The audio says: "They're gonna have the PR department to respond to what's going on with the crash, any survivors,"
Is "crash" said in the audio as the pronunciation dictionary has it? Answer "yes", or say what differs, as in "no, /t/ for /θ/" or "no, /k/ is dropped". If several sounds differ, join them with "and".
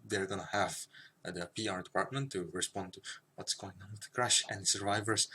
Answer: yes